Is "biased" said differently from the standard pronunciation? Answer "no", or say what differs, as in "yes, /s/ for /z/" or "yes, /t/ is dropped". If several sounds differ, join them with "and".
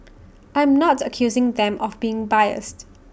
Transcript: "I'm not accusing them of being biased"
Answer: no